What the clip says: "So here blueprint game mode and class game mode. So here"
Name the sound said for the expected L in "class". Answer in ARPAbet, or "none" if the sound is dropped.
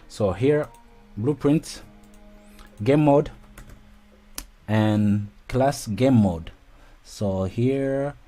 L